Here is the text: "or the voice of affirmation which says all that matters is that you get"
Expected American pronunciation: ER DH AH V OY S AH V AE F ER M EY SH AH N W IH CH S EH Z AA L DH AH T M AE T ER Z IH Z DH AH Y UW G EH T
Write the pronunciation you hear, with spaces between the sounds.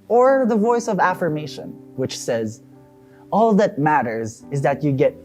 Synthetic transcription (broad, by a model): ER DH AH V OY S AH V AE F ER M EY SH AH N W IH CH S EH Z AA L DH AH T M AE T ER Z IH Z DH AH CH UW G EH T